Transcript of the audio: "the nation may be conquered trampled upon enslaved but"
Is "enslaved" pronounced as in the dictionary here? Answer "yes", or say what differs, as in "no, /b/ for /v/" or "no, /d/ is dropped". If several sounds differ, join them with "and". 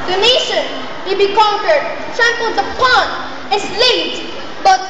no, /n/ is dropped